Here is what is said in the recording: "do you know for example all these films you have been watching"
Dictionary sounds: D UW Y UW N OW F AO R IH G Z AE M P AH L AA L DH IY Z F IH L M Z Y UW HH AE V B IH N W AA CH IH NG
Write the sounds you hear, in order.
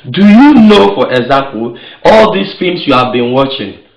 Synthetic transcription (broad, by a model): D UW Y UW N OW F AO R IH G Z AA P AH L AA L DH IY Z F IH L M S Y UW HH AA V B IH N W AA CH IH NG